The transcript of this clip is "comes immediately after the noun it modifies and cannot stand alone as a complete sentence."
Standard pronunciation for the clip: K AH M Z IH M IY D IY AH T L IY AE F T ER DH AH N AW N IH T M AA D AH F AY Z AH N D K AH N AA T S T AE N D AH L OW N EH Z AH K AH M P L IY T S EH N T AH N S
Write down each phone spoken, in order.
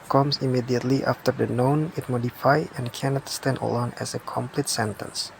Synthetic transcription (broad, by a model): K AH M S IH M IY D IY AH T L IY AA F T ER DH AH N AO N IH T M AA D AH F AY AH N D K AH N AA T S T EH N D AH L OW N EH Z AH K AH M P L IY T S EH N T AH N S